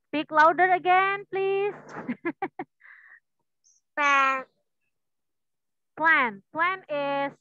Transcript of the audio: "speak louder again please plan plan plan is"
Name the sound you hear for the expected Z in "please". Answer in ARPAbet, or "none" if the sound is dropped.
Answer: S